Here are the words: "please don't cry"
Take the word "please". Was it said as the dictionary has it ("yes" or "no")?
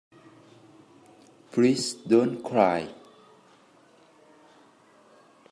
no